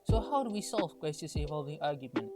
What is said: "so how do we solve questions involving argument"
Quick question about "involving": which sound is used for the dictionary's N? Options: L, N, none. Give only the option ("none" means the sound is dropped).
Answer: none